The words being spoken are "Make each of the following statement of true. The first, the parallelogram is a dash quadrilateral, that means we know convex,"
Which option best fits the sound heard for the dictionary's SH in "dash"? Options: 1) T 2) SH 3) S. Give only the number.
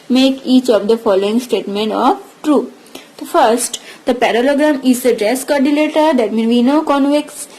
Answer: 3